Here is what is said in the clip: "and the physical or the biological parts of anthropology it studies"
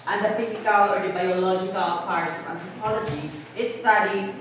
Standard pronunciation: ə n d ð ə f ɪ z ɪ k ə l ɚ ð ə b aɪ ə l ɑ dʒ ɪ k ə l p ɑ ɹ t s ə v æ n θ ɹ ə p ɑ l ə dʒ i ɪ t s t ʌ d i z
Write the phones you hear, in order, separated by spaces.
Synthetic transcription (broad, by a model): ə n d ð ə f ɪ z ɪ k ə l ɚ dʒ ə b aɪ ə l ɑ dʒ ɪ k ə l p ɑ ɹ t s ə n t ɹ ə p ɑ l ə dʒ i ɪ t s t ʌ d i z